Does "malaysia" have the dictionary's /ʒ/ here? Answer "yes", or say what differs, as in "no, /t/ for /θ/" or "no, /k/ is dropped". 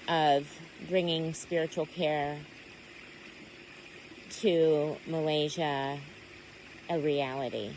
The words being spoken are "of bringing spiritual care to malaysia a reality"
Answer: yes